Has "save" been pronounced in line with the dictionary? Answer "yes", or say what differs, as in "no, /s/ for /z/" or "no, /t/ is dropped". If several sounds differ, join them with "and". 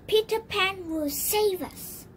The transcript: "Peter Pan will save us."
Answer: yes